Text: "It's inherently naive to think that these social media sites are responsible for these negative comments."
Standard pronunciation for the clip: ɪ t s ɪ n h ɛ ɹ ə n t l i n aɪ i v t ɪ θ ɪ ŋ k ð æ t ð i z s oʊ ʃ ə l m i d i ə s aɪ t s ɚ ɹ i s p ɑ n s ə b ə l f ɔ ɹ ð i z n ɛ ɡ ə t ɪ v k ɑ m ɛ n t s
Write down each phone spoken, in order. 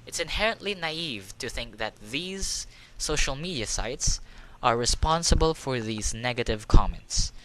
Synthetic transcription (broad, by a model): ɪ t s ɪ n h ɛ ɹ ə n t l i n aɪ i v t ɪ θ ɪ ŋ k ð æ t ð i z s oʊ ʃ ə l m i d i ə s aɪ t s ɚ ɹ i s p ɑ n s ə b ə l f ɔ ɹ ð i z n ɛ ɡ ə t ɪ v k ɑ m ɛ n t s